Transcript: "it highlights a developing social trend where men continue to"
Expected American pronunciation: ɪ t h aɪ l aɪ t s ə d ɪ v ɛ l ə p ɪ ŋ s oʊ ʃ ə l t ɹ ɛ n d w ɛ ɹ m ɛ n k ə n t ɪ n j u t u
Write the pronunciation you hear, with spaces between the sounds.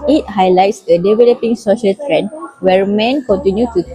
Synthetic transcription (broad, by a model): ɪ t h aɪ l aɪ t s ə d ɪ v ɛ l ə p ɪ ŋ s oʊ ʃ ə l t ɹ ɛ n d w ɛ ɹ m ɛ n k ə n t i n j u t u